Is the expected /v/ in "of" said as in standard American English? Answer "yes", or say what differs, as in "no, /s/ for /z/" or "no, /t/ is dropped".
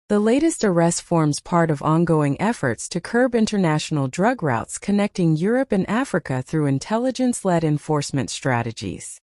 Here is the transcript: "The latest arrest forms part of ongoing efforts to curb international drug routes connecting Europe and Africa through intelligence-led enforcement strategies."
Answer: yes